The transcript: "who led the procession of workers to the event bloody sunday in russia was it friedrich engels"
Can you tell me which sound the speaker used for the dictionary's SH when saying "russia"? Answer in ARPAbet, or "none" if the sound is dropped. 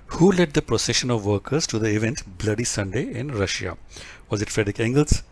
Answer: SH